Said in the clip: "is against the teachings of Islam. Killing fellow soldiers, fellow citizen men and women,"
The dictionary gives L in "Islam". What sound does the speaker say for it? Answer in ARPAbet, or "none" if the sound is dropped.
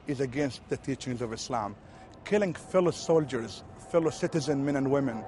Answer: L